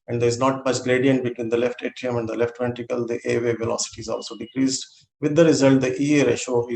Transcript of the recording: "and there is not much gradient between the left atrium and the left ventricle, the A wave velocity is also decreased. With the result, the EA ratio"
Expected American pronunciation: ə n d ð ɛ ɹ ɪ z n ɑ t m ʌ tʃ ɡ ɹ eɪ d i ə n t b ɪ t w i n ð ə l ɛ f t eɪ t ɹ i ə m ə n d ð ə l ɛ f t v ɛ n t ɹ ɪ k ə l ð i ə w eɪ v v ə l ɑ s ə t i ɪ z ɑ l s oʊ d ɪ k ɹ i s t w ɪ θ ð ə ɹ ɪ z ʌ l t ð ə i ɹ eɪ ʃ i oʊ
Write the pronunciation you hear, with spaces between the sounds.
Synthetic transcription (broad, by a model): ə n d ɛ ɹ ɪ z n ɑ t m ʌ tʃ ɡ ɹ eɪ d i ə n t b ɪ t w i n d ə l ɛ f t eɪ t i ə m ə n d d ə l ɛ f t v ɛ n t ɪ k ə l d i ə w eɪ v v ə l ɑ s ə t i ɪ z ɑ l s oʊ d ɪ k ɹ i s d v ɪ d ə ɹ ɪ z ʌ l t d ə i ɹ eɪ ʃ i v